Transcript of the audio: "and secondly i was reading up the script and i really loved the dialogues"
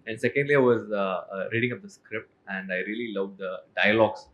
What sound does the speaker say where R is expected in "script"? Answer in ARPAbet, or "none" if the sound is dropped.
R